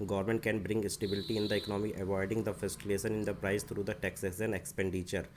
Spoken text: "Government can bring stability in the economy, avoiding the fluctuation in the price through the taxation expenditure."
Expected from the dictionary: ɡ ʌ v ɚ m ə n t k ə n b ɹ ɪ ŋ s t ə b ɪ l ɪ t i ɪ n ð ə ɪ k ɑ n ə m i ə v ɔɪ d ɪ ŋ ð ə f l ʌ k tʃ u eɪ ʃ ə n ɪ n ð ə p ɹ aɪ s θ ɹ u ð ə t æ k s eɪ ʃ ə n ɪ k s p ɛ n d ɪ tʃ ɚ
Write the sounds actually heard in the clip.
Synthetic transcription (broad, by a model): ɡ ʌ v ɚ m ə n t k ə n b ɹ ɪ ŋ s t ə b ɪ l ɪ t i ɪ n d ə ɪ k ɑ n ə m i ə v ɔɪ d ɪ ŋ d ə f ʌ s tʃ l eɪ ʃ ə n ɪ n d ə p ɹ aɪ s t ɹ u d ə t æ k s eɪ s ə n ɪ k s p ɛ n d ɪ tʃ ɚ